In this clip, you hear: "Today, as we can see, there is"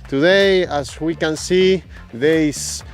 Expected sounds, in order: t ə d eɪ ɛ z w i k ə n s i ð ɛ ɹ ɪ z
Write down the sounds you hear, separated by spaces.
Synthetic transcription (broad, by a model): t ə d eɪ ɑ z w i k ə n s i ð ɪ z